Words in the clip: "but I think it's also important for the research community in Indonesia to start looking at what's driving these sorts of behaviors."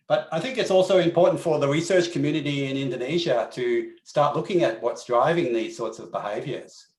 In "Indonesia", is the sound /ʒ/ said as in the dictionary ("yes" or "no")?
yes